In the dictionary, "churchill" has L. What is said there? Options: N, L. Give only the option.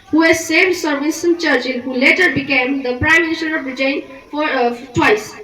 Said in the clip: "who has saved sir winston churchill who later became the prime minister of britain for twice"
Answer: N